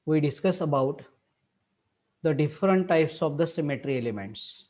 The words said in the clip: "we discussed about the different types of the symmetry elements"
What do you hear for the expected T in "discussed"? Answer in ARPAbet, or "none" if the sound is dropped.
none